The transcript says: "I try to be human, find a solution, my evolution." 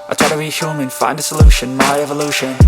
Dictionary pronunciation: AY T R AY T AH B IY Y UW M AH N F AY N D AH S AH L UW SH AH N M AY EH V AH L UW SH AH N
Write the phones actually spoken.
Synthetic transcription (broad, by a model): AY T AY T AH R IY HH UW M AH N F AY N D AH S AH L UW SH AH N M AY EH V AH L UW SH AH N